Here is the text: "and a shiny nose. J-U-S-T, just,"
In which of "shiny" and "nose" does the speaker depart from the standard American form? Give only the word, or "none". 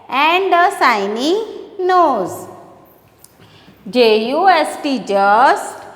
shiny